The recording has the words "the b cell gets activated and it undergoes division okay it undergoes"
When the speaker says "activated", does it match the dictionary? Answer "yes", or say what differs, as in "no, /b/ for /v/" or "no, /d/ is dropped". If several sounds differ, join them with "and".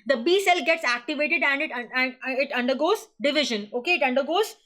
yes